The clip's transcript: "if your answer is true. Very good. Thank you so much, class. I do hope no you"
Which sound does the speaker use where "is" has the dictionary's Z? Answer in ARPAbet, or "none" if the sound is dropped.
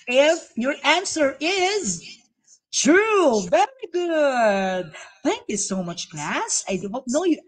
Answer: Z